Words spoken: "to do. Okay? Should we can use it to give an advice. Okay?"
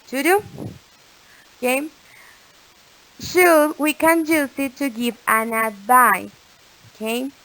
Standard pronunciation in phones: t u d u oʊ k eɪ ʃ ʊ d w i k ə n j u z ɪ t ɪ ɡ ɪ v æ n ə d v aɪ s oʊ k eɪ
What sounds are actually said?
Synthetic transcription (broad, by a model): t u d u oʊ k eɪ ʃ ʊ w i k ə n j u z ɪ t ɪ ɡ ɪ v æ n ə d b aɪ oʊ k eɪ